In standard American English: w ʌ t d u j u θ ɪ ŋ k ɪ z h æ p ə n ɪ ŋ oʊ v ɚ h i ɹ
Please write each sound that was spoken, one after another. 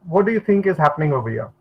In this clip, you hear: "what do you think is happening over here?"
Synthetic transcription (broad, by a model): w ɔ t d u j u t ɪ ŋ k ɪ z h æ p ə n ɪ ŋ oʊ b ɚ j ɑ